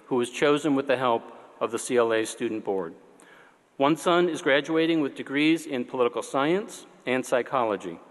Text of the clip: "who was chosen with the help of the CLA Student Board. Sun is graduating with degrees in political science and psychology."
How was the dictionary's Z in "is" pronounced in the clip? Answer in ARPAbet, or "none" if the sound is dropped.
Z